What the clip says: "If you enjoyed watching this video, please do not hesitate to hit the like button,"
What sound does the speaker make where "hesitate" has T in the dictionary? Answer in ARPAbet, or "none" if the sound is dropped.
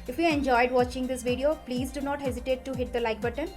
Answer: T